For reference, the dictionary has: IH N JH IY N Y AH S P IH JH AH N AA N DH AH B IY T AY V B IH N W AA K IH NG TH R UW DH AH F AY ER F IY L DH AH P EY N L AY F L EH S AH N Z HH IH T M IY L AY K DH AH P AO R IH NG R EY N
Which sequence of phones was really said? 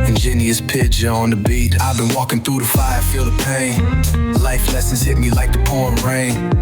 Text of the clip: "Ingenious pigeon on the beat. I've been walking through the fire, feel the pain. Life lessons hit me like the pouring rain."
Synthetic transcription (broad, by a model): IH N JH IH N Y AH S P IH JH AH AH N DH AH B IY T AY V B IH N W AA K IH NG TH R UW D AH F AY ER F IY L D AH P EY N L AY F L EH S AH N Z HH IH T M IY L AY K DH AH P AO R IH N R EY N